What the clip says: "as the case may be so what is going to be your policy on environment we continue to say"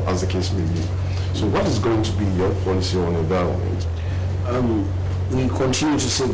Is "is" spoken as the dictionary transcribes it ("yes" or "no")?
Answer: yes